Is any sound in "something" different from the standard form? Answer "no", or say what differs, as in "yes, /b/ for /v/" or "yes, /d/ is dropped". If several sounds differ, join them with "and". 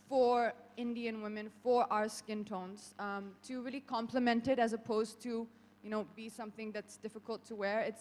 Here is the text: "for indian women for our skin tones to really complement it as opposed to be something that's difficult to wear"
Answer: no